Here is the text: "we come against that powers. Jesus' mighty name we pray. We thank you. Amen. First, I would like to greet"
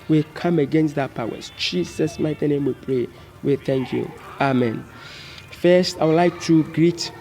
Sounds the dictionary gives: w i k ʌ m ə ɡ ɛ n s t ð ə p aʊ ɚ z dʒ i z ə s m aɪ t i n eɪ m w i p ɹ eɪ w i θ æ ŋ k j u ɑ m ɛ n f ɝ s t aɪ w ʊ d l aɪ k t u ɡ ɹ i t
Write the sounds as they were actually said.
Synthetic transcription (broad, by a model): w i k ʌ m ə ɡ ɛ n s t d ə p aʊ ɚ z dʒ i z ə s m aɪ t i n eɪ m w i p ɹ eɪ w i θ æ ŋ k j u ɑ m ɛ n f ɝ s t aɪ w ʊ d l aɪ k t u ɡ ɹ i t